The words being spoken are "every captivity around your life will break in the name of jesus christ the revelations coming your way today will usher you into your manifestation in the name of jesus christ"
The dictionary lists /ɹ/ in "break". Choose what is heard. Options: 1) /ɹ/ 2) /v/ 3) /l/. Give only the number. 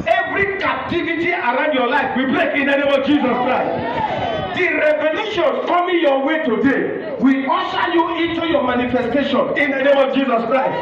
3